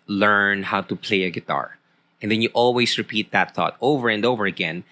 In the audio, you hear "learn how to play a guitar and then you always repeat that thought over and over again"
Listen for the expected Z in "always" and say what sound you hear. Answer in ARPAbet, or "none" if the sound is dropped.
S